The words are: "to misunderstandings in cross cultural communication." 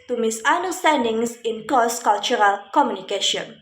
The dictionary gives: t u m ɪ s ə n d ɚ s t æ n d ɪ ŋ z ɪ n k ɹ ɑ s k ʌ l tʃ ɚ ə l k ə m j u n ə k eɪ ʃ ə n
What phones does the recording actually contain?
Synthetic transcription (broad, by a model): t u m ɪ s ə n d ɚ s t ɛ n d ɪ ŋ s ɪ n k ɑ s k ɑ l tʃ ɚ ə l k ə m j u n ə k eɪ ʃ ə n